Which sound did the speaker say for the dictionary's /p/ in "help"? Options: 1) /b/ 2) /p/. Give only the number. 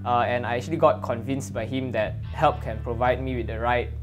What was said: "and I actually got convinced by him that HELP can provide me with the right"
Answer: 2